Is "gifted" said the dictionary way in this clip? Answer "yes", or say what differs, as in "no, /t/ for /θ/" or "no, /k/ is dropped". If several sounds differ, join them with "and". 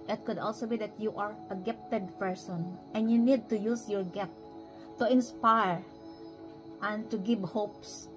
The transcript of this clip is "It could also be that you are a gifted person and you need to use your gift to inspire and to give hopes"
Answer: no, /p/ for /f/